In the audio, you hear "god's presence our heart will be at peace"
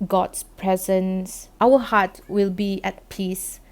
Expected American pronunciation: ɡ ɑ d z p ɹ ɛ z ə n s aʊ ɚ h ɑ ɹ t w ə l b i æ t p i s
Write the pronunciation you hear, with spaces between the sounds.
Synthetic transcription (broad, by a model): ɡ ɑ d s p ɹ ɛ z ə n s aʊ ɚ h ɑ t w ə l b i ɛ t p i s